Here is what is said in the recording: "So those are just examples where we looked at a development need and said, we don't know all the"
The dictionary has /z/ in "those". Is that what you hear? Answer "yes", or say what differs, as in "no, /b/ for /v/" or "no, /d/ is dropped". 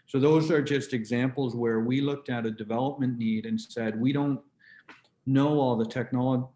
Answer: yes